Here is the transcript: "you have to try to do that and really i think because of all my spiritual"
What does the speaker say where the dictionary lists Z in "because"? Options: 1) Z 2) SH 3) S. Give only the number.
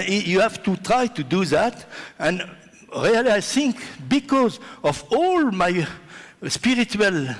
1